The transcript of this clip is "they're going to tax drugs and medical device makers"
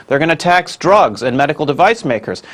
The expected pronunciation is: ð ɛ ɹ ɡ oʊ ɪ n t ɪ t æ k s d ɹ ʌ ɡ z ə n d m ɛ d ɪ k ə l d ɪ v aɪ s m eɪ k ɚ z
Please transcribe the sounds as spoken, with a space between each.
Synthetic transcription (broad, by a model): ð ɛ ɹ ɡ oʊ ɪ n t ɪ t æ k s d ɹ ʌ ɡ z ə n m ɛ d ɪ k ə l d ɪ v aɪ s m eɪ k ɚ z